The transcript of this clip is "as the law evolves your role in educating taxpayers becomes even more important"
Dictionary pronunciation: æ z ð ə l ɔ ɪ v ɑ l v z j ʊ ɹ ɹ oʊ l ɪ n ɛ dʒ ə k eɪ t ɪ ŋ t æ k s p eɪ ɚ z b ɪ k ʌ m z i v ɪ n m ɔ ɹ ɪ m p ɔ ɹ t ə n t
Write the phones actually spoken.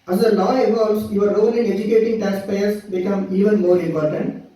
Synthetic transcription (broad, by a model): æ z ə l ɔ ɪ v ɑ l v s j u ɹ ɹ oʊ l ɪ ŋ ɛ dʒ ə k eɪ t ɪ ŋ t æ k s p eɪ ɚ s b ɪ k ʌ m i v ɪ n m ɔ ɹ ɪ m p ɔ ɹ t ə n t